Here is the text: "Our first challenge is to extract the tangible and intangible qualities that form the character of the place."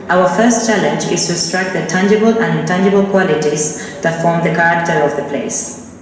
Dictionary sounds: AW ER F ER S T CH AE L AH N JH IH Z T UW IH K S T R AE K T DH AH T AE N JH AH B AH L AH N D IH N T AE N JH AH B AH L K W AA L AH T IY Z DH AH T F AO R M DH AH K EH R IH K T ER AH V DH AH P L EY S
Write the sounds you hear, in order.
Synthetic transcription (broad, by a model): AW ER F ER S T CH AE L AH N JH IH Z T UW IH S T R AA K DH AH T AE N JH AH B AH L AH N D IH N T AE N JH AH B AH L K W AA L AH T IY Z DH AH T F AO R M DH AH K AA R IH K T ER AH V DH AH P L EY S